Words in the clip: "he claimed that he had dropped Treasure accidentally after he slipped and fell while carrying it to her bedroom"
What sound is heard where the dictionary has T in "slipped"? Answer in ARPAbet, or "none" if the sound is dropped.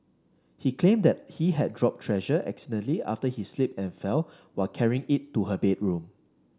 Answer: none